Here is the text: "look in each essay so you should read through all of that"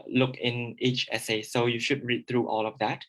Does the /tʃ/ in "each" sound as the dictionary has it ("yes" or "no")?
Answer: yes